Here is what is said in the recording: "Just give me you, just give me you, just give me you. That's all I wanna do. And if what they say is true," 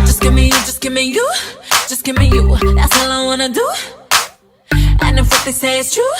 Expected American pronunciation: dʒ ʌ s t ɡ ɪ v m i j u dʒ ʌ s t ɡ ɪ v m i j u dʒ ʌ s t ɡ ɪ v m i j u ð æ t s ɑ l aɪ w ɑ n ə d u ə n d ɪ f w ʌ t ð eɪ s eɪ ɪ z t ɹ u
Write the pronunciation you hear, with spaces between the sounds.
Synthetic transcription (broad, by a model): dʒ ʌ s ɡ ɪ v m i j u dʒ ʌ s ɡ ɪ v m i j u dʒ ʌ s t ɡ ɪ m i j u ð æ t s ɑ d aɪ w ɑ n ə d u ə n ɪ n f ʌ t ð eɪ s eɪ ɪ s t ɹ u